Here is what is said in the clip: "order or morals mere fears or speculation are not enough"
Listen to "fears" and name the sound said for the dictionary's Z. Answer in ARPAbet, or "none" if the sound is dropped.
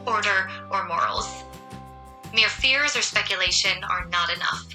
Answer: Z